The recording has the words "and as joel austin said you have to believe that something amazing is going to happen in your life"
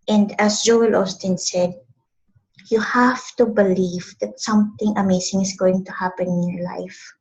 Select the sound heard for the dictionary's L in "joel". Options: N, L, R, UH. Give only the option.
L